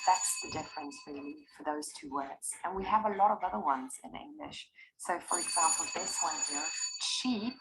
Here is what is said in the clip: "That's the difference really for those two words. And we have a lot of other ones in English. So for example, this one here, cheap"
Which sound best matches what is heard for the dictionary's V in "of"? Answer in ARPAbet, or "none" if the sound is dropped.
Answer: V